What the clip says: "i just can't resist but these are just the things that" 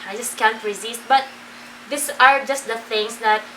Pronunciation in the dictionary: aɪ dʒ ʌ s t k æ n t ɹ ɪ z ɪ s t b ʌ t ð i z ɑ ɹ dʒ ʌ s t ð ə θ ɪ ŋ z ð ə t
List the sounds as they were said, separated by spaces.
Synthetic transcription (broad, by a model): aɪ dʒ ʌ s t k æ n t ɹ ɪ z ɪ s t b ʌ t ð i s ɑ ɹ dʒ ʌ s t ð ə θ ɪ ŋ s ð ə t